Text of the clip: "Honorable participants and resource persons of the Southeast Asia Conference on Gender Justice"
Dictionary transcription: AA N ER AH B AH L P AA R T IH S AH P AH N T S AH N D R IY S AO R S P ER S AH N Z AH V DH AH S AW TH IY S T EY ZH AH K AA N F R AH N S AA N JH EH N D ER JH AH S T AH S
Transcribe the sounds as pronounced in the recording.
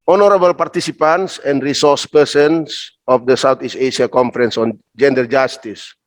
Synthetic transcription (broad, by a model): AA N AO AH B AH L P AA R T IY S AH P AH N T S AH N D R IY S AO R S P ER S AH N S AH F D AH S AW T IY S T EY SH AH K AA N F R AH N S AA N JH EH N D ER JH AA S T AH S